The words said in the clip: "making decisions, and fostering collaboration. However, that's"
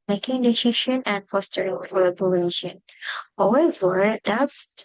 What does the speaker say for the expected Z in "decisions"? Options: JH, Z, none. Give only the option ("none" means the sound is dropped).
none